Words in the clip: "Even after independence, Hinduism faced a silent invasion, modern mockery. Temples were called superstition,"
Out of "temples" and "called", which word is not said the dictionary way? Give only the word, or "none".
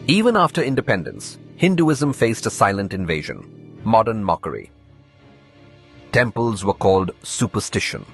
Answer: none